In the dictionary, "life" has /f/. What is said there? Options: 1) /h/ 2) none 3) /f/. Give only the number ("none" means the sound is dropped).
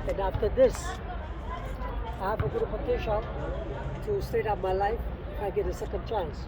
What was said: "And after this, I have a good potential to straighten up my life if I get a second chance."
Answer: 2